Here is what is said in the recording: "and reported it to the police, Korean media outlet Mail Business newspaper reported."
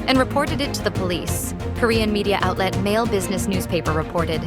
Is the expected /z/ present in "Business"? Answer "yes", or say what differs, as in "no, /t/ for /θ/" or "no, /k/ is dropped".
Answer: yes